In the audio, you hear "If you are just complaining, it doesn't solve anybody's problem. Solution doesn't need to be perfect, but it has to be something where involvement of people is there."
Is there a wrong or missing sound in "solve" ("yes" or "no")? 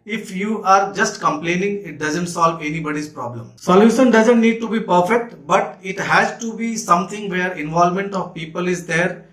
no